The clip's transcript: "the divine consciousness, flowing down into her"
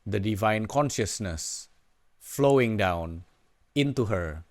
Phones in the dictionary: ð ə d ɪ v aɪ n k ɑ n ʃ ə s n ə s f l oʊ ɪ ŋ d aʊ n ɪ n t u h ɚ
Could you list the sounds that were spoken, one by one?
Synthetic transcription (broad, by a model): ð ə d ɪ v aɪ n k ɑ n ʃ ə s n ə s f l oʊ ɪ ŋ d aʊ n ɪ n t u h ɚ